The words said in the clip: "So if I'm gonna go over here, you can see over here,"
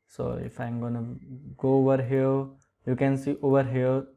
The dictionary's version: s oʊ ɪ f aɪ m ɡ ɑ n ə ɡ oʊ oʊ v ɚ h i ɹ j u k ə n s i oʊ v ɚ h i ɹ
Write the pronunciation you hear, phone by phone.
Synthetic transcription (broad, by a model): s oʊ ɪ f aɪ m ɡ ɑ n ə ɡ oʊ oʊ v ɚ h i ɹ j u k ə n s i oʊ v ɚ h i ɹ